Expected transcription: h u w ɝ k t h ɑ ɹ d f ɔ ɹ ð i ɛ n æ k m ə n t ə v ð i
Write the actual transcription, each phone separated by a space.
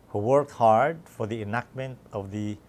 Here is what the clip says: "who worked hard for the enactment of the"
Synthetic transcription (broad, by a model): h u w ɝ k t h ɑ ɹ d f ɔ ɹ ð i ɛ n æ k m ə n t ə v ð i